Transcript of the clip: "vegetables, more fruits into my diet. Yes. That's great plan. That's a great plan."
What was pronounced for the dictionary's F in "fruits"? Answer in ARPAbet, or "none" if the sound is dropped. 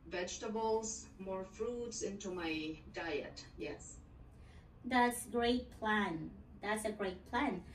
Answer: F